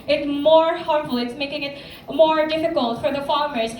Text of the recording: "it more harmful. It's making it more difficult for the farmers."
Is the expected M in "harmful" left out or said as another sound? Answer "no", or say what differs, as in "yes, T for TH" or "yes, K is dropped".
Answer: yes, M is dropped